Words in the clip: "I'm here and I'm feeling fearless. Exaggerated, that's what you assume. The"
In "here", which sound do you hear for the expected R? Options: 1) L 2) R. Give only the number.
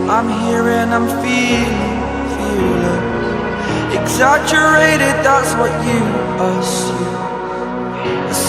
2